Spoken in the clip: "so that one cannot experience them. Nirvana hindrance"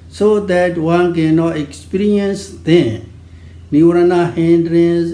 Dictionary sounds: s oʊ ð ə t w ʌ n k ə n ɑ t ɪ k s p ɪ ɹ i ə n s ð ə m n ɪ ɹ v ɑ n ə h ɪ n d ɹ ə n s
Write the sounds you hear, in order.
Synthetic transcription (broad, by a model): s oʊ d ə t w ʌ n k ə n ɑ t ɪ k s p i ɹ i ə n s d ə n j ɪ ɹ ɑ n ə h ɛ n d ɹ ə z